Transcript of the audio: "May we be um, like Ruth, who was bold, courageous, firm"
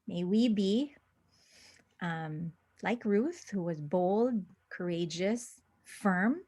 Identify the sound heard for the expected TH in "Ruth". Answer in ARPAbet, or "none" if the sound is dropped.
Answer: TH